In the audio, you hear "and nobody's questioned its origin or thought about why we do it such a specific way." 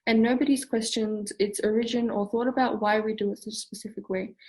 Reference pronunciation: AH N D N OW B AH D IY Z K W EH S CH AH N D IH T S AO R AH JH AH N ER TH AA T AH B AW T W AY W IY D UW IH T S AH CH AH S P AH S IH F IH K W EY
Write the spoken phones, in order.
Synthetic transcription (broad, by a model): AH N N OW B AH D IY Z K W EH S CH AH N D IH T S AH R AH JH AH N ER TH AA T AH B AW T W AY W IY D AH IH T S AH CH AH S P AH S IH F IH K W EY